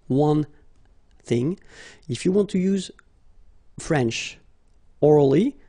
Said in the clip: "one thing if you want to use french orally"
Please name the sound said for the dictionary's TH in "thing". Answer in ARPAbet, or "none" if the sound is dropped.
TH